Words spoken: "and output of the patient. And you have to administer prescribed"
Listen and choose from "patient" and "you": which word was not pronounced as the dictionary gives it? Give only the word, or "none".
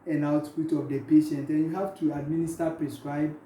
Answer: none